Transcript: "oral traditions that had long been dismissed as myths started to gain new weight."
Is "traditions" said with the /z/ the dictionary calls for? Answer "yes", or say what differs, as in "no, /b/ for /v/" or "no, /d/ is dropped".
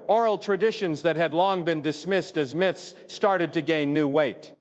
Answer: yes